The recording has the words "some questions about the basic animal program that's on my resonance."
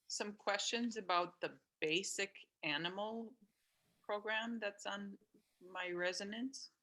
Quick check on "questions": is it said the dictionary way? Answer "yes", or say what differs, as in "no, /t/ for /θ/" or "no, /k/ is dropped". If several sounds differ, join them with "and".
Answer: yes